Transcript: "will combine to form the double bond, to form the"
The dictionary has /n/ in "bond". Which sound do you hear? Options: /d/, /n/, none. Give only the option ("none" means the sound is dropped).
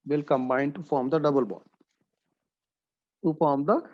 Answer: none